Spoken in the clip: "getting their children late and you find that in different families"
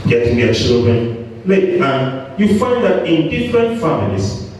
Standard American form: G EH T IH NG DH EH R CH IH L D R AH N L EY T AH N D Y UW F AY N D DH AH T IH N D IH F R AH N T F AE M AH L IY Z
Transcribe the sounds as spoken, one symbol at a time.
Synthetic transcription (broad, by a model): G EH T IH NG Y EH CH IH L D R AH N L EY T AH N Y UW F AY N D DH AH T IH N D IH F R AH N T F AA M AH L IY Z